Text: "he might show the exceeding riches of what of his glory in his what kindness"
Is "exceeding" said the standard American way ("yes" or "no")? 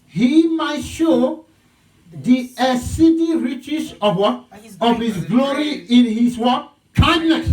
no